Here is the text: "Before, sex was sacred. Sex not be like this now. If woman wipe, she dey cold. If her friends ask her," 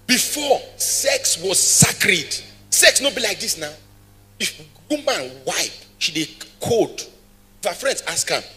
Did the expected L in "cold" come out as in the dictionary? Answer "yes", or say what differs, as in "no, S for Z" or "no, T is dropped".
no, L is dropped